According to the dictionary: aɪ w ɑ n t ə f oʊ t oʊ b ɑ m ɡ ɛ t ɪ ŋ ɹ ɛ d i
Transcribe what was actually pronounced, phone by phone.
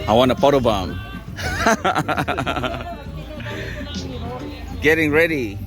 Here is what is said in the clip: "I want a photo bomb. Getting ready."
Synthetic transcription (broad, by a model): aɪ w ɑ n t ə p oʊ t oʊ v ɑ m ɡ ɛ t ɪ ŋ ɹ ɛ d i